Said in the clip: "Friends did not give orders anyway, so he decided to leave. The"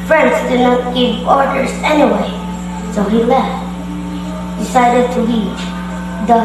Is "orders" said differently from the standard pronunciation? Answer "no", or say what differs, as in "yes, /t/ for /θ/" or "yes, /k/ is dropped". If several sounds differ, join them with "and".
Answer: yes, /s/ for /z/